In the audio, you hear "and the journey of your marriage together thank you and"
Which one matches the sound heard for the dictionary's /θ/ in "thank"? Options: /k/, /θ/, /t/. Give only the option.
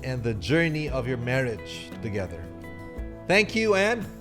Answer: /θ/